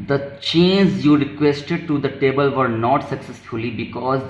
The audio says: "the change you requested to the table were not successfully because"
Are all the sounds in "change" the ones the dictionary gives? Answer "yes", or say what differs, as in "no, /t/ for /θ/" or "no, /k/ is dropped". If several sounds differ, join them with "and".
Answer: no, /z/ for /dʒ/